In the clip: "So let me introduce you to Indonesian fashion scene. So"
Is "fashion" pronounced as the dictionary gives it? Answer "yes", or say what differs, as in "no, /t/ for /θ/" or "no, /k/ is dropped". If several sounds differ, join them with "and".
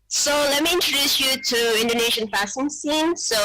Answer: no, /s/ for /ʃ/